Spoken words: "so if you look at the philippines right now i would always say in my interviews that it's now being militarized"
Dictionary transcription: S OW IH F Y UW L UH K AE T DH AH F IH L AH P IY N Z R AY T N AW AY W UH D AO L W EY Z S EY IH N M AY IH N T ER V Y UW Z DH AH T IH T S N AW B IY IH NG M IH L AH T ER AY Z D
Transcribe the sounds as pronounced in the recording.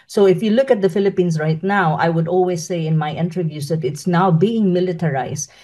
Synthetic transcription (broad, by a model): S OW IH F Y UW L UH K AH T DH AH F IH L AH P IY N S R AY T N AW AY W UH D AO L W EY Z S EY IH N M AY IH N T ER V Y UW S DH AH T IH T S N AW B IY IH NG M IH L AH T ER AY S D